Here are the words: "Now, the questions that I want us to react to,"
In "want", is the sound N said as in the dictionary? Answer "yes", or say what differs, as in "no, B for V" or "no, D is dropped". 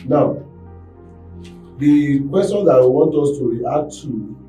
yes